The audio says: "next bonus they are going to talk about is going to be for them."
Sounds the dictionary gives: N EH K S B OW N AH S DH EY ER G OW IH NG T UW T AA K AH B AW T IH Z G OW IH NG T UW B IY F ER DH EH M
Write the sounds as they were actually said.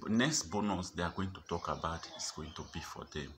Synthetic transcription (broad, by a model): N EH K S B OW N AH S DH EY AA G OW IH NG T UW T AA K AH B AW T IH S G OW IH NG T UW B IY F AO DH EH M